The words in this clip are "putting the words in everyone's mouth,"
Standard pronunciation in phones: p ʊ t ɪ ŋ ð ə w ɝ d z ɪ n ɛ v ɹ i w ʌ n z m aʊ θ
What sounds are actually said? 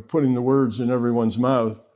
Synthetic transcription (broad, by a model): p ʊ t ɪ ŋ ð ə w ɝ d z ɪ n ɛ v ɹ i w ʌ n z m aʊ θ